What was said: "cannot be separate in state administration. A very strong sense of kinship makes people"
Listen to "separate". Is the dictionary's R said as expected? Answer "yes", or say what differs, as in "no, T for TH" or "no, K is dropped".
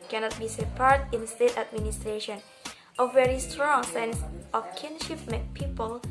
no, R is dropped